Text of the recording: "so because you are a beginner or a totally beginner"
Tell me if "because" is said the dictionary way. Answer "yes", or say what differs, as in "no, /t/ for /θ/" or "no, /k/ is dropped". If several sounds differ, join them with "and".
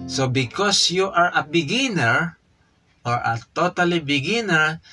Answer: no, /s/ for /z/